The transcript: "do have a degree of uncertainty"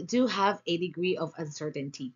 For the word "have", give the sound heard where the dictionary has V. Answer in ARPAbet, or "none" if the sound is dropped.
V